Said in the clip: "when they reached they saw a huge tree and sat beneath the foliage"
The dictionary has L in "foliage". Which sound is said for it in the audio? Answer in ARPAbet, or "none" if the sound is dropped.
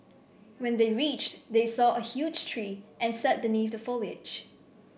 L